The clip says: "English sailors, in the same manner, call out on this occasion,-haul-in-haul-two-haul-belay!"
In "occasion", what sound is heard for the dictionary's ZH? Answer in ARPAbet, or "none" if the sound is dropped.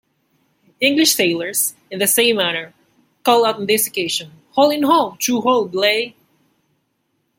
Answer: SH